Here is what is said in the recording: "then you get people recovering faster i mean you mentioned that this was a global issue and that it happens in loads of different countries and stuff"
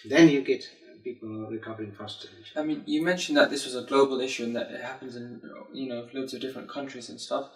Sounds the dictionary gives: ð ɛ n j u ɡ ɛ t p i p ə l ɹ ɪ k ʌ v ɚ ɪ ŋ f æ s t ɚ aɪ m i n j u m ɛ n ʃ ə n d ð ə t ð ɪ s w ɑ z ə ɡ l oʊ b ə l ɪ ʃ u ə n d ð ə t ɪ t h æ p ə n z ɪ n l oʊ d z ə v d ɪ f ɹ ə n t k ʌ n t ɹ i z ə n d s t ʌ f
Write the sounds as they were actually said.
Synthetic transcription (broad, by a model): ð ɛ n j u ɡ ɛ t p i p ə l ɹ ɪ k ʌ v ɚ ɪ ŋ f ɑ s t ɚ aɪ m i n j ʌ m ɛ n ʃ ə n ð ə t ð ɪ s w ɑ z ə ɡ l oʊ b ə l ɪ ʃ u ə n ð ə t ɪ t h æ p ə n z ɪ n n oʊ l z ə v d ɪ f ɹ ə n k ʌ n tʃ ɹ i z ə n s t ʌ f